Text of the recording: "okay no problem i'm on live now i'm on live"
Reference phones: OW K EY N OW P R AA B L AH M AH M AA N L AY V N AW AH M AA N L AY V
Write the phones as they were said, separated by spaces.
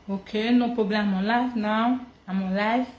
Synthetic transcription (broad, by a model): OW K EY N OW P AA B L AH AH M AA L AY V N AW AH M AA L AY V